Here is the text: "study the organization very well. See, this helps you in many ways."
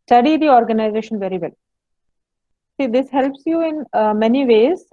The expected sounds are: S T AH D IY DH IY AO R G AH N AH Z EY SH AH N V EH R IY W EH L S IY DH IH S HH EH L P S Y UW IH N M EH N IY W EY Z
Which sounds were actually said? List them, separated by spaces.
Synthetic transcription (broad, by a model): S T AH D IY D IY AO R G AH N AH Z EY SH AH N V EH R IY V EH L S IY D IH S HH EH L P S Y UW IH N M EH N IY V EY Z